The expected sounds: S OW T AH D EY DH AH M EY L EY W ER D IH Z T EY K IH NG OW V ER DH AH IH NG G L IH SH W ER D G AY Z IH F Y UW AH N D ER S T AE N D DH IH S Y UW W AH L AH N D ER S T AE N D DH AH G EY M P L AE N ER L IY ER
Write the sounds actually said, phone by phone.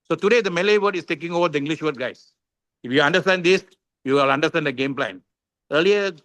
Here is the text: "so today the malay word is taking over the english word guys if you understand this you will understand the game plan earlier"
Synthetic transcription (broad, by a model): S OW T AH D EY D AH M EY L EY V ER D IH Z T EY K IH NG OW V ER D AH IH NG G L IH SH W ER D G AY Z IH F Y UW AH N D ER S T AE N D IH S Y UW L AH N D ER S T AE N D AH G EY M P L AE N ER L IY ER